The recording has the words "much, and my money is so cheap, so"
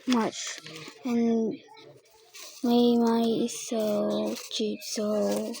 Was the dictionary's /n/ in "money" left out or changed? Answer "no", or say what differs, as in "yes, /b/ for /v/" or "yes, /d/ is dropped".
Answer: yes, /n/ is dropped